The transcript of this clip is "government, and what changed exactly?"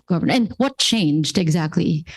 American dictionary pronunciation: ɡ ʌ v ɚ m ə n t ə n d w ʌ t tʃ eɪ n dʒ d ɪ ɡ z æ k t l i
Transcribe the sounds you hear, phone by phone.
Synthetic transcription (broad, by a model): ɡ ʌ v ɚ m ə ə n w ʌ t tʃ eɪ n dʒ d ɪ ɡ z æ k t l i